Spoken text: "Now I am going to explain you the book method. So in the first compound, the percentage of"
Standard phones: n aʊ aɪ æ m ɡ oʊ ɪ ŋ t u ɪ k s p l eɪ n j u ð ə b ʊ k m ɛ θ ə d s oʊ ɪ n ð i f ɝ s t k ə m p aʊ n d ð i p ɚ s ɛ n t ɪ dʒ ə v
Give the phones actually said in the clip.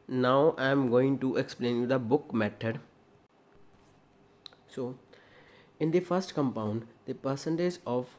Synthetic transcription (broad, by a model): n aʊ aɪ m ɡ oʊ ɪ ŋ t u ɪ k s p l eɪ n j u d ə b ʊ k m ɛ t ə d s oʊ ɪ n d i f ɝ s t k ə m p aʊ n d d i p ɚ s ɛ n t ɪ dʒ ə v